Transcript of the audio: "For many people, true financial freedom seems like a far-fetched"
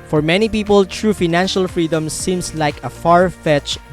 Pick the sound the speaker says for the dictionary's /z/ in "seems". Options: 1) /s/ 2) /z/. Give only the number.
1